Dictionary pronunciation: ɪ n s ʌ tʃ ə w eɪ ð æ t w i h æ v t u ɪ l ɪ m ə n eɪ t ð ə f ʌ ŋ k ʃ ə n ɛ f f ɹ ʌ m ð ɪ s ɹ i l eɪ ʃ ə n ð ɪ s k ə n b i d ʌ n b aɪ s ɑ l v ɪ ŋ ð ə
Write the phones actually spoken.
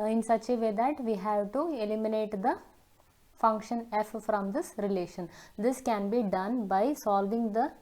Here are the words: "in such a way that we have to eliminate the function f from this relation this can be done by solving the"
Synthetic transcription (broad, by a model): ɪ n s ʌ tʃ ə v eɪ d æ t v i h æ v t u ɪ l ɪ m ə n eɪ t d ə f ʌ ŋ k ʃ ə n ɛ f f ɹ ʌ m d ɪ s ɹ i l eɪ ʃ ə n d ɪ s k ə n b i d ʌ n b aɪ s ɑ l v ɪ ŋ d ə